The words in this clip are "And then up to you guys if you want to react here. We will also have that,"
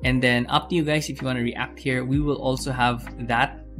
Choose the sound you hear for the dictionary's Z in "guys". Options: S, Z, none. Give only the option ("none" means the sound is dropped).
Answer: S